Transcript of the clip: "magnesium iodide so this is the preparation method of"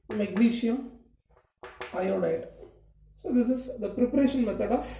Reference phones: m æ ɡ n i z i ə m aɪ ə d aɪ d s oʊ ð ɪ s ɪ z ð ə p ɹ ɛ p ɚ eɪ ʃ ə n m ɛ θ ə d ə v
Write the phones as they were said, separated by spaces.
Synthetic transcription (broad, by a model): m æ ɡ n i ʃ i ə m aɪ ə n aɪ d s oʊ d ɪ s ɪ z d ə p ɹ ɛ p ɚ eɪ ʃ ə n m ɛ t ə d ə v